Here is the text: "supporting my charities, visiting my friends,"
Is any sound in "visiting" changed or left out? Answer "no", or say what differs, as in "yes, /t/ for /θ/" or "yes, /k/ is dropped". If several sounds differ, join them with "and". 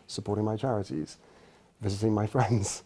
no